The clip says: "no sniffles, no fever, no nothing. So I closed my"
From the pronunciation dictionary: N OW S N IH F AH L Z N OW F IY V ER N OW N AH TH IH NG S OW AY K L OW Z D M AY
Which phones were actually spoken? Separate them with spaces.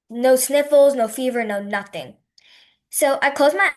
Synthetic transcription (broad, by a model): N OW S N IH F L Z N OW F IY V ER N OW N AH TH IH NG S OW AY K OW Z M AY